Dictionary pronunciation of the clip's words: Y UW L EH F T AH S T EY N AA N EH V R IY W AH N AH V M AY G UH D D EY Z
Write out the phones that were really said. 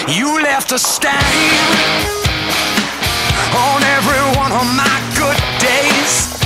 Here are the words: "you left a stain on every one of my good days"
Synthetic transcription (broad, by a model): Y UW L EH F T AH S T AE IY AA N EH V R IY W AH N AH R M AY G UH D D EY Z